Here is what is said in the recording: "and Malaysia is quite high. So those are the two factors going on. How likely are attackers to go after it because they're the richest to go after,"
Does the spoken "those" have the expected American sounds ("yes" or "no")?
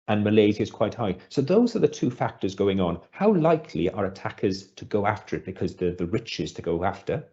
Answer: yes